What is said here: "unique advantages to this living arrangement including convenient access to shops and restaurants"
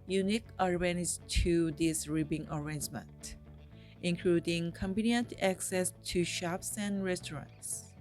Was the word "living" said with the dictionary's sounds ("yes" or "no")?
no